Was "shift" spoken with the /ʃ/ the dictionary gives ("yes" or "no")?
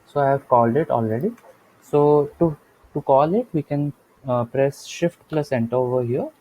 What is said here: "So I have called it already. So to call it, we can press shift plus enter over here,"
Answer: yes